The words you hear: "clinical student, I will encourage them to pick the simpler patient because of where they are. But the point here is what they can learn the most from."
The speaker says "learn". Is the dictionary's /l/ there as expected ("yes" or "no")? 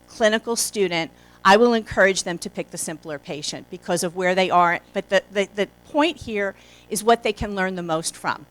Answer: yes